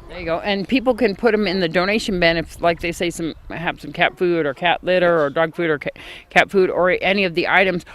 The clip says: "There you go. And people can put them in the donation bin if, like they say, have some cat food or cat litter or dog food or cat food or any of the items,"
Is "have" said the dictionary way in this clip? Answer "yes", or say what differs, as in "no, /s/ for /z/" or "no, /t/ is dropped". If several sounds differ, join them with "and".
no, /p/ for /v/